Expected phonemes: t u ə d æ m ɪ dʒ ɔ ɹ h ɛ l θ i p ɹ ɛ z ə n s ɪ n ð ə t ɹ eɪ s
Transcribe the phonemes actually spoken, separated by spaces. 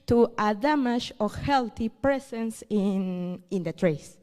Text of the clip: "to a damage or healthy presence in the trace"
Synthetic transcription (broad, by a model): t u ə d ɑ m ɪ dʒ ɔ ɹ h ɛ l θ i p ɹ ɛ s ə n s ɪ n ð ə t ɹ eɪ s